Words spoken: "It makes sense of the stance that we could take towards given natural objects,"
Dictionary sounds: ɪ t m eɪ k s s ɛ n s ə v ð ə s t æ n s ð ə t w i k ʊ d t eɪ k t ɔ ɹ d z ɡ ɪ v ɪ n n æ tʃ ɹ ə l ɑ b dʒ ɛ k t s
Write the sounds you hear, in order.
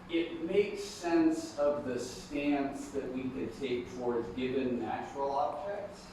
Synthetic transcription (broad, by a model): ɪ t m eɪ k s s ɛ n s ə v ð ə s t æ n s ð ə t w i k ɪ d t eɪ k t ɔ ɹ d z ɡ ɪ v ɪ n n æ tʃ ɹ l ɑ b dʒ ɛ k t s